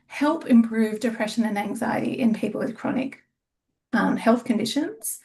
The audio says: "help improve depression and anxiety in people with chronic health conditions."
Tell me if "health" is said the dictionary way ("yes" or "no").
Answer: yes